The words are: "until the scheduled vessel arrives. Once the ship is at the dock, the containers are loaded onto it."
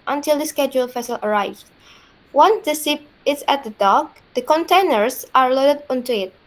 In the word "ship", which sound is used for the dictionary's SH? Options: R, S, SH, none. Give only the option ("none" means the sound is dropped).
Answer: S